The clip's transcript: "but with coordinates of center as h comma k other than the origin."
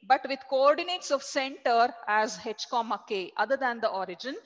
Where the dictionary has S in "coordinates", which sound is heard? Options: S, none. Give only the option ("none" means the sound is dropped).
S